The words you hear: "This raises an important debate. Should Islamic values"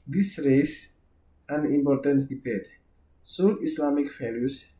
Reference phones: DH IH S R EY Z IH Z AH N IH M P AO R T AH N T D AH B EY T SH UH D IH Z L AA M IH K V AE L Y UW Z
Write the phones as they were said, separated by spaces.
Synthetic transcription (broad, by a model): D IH S R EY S AH N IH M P AO R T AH N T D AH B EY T S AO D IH S L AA M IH K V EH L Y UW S